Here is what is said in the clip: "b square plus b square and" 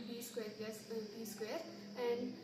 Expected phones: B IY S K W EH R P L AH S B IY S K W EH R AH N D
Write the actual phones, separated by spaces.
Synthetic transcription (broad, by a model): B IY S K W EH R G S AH B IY S K W EH R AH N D